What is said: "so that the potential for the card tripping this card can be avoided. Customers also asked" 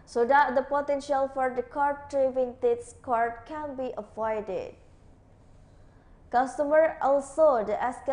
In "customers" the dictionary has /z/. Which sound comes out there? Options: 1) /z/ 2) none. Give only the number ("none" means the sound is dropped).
2